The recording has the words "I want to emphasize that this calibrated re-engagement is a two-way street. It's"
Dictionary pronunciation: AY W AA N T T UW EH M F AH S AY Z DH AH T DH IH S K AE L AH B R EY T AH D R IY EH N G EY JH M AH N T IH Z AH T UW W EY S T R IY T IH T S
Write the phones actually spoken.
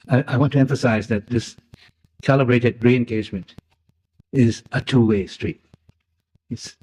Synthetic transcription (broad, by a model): AY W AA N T T UW EH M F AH S AY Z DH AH T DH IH S K AE L AH B R EY T AH D R IY EH N G EY JH M AH N T IH Z AH T UW W EY S T R IY T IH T S